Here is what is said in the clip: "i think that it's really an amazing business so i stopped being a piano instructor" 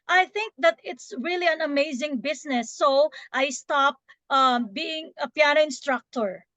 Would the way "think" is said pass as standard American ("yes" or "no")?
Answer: yes